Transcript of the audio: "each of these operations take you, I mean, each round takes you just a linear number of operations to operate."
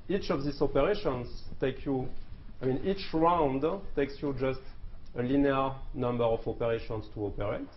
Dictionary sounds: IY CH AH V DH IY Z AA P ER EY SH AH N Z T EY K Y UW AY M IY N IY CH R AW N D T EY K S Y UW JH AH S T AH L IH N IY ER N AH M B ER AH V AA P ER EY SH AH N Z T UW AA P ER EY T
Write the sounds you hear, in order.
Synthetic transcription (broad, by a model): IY CH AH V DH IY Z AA P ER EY SH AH N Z T EY K Y UW AY M IY N IY CH R AW N D T EY K S Y UW JH AH S T AH L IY N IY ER N AH M B ER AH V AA P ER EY SH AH N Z T UW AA P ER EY T